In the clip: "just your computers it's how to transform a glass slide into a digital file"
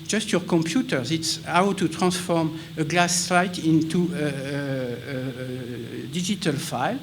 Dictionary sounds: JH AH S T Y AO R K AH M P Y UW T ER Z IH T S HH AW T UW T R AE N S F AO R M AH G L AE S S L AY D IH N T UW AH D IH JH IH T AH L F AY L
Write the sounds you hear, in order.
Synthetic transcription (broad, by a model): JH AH S T Y AO R K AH M P Y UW T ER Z IH T S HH AW T UW T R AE S F AO R M AH G L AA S S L AY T IH N T UW AH D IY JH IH T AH L F AY L